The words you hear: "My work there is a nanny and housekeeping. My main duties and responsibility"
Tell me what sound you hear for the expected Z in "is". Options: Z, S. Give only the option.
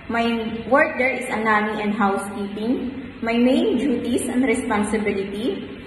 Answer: S